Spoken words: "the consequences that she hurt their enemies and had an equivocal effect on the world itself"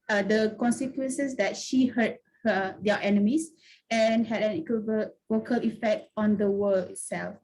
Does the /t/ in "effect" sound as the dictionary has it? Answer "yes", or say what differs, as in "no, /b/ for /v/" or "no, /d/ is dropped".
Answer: yes